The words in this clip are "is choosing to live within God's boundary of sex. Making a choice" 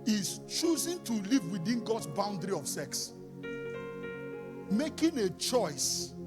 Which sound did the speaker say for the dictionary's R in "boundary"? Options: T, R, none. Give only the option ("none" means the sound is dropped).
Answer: R